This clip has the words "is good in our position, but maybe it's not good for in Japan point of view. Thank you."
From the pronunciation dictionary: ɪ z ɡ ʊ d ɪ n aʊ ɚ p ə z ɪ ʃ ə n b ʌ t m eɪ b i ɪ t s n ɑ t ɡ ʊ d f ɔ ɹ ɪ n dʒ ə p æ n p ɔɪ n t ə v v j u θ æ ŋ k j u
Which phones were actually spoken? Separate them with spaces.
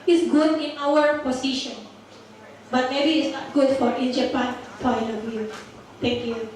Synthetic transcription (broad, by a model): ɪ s ɡ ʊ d ɪ n aʊ ɚ p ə s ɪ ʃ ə n b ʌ t m eɪ b i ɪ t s n ɑ t ɡ ʊ d f ɔ ɹ ɪ n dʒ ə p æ n f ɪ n ə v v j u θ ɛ ŋ k j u